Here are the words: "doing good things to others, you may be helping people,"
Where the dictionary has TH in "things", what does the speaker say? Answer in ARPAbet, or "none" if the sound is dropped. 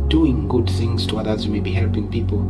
TH